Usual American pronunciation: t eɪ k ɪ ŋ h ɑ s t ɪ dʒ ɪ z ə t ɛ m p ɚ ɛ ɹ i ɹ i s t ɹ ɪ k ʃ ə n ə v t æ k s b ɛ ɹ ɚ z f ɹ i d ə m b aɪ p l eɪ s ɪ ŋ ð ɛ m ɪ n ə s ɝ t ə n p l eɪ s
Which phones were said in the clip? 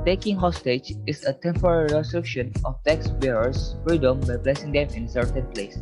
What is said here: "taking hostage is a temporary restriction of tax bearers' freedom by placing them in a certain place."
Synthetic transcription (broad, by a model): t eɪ k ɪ ŋ h ɑ s t ɪ dʒ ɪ s ə t ɛ m p ɚ ɛ ɹ i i s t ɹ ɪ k ʃ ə n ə f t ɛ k s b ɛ ɹ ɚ s f ɹ i d ə m b aɪ b l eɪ s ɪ ŋ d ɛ m ɪ n s ɝ t ə n p l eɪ s